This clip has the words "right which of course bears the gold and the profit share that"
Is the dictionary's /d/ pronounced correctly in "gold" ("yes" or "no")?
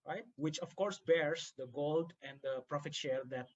yes